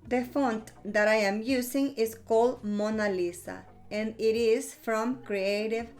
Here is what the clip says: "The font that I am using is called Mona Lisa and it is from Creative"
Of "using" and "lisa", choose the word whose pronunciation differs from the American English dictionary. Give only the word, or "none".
using